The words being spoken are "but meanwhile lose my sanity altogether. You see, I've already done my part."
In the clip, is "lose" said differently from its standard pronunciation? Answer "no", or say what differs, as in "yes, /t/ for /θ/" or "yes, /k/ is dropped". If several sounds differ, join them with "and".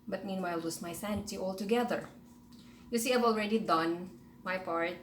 yes, /w/ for /l/ and /s/ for /z/